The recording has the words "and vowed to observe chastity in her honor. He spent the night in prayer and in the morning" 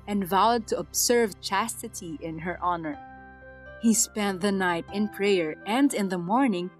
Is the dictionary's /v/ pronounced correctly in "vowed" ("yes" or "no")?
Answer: yes